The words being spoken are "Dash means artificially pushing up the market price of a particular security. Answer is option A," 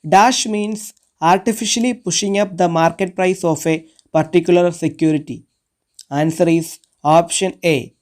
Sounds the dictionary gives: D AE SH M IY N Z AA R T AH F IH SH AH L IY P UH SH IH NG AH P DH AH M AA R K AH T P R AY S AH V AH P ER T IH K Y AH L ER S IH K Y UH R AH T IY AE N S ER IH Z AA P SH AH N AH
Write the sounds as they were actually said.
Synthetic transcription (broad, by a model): D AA SH M IY N S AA R T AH F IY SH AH L IY P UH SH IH NG AH P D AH M AA R K AH T P R AY S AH F AH P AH T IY K Y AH L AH S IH K Y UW R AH T IY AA N S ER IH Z AA P SH AH N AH